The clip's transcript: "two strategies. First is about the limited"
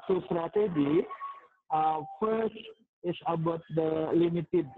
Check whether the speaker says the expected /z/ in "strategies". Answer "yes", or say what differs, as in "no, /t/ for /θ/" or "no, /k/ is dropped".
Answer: no, /z/ is dropped